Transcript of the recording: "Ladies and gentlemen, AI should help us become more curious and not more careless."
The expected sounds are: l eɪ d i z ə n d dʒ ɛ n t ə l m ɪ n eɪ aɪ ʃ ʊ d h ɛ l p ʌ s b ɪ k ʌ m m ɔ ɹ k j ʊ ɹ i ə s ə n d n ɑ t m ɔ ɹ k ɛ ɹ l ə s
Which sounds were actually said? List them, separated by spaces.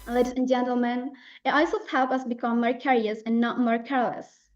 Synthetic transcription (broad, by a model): l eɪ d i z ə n dʒ ɛ n t ə l m ɪ n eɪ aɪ s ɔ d h ɛ l p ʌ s b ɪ k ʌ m m ɔ ɹ k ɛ ɹ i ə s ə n n ɑ t m ɔ ɹ k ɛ ɹ l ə s